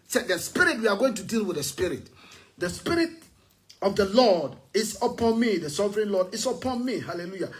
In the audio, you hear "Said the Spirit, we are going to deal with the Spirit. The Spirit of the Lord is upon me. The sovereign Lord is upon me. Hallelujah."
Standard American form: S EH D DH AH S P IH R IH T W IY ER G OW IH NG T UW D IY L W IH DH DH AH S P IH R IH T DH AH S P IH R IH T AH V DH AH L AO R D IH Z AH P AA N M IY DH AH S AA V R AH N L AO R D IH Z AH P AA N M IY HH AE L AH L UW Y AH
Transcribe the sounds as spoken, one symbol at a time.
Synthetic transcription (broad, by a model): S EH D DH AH S P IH R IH T W IY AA G OW IH NG T UW D IY L W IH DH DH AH S P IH R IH T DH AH S P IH R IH T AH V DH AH L AO D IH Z AH P AA N M IY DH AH S AA V R AH N L AO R D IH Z AH P AA N M IY HH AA L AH L UW Y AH